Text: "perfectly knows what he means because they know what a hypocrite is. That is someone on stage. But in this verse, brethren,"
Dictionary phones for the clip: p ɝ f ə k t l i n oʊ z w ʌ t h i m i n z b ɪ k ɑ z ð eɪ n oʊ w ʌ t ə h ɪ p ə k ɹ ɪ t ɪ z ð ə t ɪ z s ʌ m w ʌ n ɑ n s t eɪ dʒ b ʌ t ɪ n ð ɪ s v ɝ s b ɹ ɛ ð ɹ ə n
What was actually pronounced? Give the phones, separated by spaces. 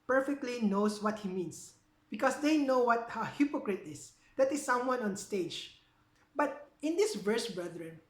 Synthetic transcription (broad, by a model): p ɝ f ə k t l i n oʊ s w ʌ t h i m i n s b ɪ k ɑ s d eɪ n oʊ w ʌ t ə h ɪ p ə k ɹ ɪ t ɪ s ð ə t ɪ s ʌ m w ʌ n ɑ n s t eɪ dʒ b ʌ t ɪ n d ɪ s v ɝ s b ɹ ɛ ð ɹ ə n